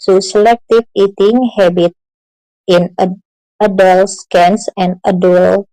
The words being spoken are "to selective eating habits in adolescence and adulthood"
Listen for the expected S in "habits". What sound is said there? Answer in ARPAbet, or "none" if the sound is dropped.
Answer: none